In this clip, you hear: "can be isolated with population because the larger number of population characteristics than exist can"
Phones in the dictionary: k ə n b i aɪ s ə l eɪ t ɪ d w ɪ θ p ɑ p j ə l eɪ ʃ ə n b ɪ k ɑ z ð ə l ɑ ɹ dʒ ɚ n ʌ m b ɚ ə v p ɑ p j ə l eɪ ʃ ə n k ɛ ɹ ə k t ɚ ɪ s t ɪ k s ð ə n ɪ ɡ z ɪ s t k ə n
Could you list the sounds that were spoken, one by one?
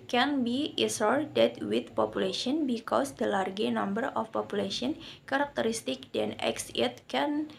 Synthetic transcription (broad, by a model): k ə n b i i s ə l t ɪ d w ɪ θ p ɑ p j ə l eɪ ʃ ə n b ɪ k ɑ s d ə l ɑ ɹ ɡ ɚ n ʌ m b ɚ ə f p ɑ p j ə l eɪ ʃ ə n k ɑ ɹ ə k t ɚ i s t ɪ k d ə n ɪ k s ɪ t k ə n